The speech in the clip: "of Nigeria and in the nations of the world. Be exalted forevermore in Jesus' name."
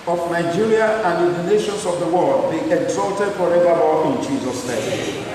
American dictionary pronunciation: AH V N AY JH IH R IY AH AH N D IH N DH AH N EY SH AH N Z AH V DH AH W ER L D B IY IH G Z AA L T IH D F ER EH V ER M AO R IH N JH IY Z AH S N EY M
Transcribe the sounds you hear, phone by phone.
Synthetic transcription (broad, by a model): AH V N AY JH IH R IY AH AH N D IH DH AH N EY SH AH N S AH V DH AH W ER L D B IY IH G Z AA L T IH D F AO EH V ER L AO IH N JH IY Z AH S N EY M